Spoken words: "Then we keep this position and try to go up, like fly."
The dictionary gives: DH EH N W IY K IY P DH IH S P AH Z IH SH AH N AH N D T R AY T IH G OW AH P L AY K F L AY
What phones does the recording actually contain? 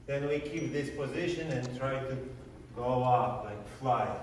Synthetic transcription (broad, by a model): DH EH N W IY K IY P DH IH S P AH Z IH SH AH N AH N T R AY T IH G OW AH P L AY K F L AY